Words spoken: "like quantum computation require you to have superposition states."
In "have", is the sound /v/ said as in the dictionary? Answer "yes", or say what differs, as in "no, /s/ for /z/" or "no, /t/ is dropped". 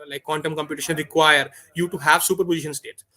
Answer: yes